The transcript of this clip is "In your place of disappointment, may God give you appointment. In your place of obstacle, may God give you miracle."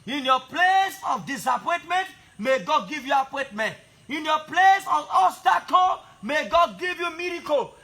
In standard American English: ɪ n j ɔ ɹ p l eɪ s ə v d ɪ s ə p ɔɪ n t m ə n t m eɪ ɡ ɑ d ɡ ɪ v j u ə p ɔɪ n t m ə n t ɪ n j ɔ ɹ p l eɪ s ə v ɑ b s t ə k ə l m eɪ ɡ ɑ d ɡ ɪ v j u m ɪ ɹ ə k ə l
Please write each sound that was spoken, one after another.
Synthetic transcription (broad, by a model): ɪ n j ɔ p l eɪ s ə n d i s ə p ɔɪ n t m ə n t m eɪ ɡ ɑ d ɡ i v j u ə p ɔɪ n t m ə n t ɪ n j ɔ p l eɪ s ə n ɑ s t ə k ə m eɪ ɡ ɑ d ɡ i v j u m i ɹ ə k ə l